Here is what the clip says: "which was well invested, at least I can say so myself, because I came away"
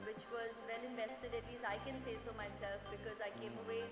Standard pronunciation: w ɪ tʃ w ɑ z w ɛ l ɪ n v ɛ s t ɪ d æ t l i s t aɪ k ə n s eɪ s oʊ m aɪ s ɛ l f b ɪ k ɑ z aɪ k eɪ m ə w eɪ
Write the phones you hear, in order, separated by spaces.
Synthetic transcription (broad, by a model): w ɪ tʃ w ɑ z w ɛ l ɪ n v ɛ s t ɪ d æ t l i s aɪ k ə n s eɪ s oʊ m aɪ s ɛ l f b ɪ k ɑ z aɪ k eɪ m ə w eɪ